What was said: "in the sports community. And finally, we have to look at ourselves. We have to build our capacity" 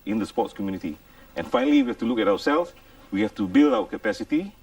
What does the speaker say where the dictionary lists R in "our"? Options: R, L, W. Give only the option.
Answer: W